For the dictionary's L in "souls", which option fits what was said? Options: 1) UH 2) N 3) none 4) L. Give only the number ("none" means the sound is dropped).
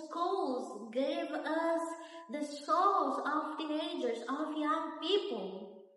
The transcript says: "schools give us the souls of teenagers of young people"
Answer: 3